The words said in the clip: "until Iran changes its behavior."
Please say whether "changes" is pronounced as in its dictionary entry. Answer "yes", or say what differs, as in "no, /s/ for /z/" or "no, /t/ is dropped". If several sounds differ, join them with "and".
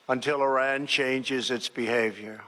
yes